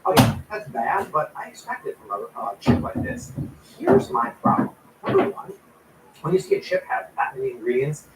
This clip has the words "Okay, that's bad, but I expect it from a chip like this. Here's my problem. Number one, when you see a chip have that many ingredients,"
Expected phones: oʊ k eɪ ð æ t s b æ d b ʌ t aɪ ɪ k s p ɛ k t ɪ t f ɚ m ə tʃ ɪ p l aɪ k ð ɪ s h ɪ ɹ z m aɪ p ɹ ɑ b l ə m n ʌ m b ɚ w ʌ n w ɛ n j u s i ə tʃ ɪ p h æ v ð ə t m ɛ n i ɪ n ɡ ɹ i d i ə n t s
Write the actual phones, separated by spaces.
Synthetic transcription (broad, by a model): oʊ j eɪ ð æ t s b æ d b ʌ t aɪ ɪ k s p ɛ k t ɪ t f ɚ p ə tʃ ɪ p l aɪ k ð ɪ s h ɪ ɹ z m aɪ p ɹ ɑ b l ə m n ʌ m b ɚ w ʌ n w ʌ n j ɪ s i ə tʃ ɪ p h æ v ð ə t m ɛ n i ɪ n ɡ ɹ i d i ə n t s